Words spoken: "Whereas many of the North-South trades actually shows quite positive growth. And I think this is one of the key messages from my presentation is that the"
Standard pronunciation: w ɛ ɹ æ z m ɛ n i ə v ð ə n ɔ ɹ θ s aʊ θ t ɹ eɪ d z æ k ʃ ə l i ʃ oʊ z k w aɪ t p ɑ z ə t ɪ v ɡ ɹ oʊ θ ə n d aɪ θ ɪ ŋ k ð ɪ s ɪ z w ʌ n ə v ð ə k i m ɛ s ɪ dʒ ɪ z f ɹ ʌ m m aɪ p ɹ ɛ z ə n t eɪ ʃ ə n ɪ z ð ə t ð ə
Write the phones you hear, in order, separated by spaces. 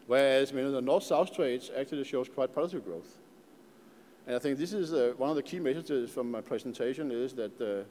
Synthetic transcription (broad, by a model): w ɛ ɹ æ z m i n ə ð ə n ɔ ɹ θ s aʊ θ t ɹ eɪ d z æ k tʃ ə l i ʃ oʊ z k w aɪ t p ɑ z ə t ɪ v ɡ ɹ oʊ θ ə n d aɪ θ ɪ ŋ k ð ɪ s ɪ z w ʌ n ə v ð ə k i m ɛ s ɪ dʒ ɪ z f ɹ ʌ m m aɪ p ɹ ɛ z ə n t eɪ ʃ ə n ɪ z ð ə t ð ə